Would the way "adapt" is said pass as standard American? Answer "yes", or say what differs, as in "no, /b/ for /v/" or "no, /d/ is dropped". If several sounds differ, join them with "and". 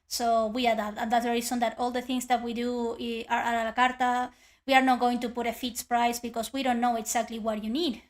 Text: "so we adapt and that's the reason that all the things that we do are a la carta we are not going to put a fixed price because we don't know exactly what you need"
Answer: no, /p/ is dropped